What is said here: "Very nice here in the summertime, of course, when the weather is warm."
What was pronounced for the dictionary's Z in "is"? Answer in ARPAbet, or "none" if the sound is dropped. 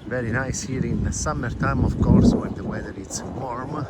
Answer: S